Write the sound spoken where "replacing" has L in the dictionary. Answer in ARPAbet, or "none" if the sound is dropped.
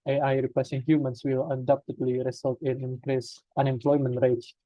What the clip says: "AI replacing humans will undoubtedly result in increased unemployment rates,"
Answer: none